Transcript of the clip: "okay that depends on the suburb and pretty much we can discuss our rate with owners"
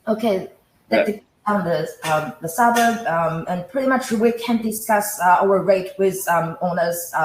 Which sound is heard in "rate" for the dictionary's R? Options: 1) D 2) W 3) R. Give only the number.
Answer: 3